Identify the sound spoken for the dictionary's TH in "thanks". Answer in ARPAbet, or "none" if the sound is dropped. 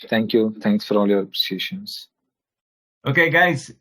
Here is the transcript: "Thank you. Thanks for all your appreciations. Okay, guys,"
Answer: T